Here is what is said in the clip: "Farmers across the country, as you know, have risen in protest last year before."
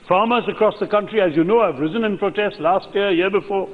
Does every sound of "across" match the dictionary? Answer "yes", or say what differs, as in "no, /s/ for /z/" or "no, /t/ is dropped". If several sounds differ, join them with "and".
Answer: yes